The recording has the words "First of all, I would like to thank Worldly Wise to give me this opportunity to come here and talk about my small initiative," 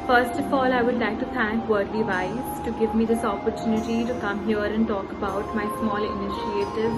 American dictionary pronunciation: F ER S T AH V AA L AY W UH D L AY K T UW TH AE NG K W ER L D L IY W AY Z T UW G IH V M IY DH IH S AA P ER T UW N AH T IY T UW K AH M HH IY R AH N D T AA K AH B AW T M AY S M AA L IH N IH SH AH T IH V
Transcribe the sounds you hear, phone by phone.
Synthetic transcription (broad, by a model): F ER S T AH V AA L AY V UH D L AY K T UW T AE NG K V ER D IY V AY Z T UW G IH V M IY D IH S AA P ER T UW N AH T IY T UW K AH M HH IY R AH N D T AA K AH B AW T M AY S M AA L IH N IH SH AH T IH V